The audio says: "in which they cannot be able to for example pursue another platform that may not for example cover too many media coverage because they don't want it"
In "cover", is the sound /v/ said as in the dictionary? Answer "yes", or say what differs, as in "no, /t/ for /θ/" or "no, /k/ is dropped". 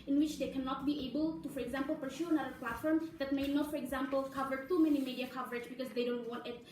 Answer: yes